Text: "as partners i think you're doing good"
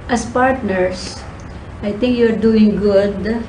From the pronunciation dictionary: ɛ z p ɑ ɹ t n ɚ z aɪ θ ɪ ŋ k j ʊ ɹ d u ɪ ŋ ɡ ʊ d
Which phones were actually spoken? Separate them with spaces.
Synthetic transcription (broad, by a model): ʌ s p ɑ ɹ t n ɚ s aɪ t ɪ ŋ k j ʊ ɹ d u ɪ ŋ ɡ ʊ d